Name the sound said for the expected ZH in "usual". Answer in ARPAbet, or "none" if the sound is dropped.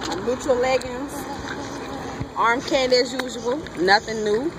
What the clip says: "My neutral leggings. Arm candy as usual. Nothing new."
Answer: Z